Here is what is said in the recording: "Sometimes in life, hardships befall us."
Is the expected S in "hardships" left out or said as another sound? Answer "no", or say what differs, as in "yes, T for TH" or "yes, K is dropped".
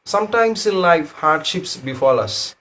no